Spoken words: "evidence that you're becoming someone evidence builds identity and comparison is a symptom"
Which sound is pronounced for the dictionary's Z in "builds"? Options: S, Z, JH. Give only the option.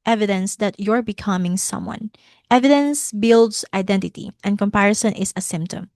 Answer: S